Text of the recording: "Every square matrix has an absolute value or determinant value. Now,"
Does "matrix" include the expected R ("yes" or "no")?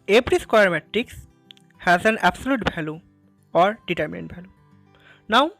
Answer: no